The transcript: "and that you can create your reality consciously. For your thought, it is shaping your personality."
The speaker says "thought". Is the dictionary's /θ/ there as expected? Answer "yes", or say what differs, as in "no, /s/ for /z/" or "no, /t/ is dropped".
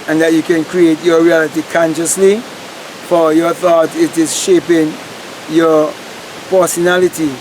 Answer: yes